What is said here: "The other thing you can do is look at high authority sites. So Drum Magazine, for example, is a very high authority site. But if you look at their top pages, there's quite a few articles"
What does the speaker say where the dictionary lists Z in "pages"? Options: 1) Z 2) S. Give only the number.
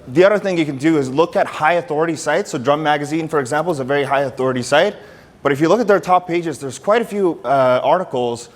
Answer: 1